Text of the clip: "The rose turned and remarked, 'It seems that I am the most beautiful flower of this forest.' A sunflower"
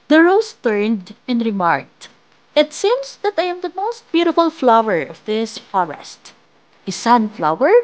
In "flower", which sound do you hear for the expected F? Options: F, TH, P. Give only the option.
F